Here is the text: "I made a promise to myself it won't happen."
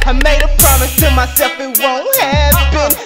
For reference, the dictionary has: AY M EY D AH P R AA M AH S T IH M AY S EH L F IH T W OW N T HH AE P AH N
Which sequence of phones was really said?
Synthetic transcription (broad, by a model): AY M EY D AH P R AA M AH S T IH M AY S EH L F IH T W OW N T HH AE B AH N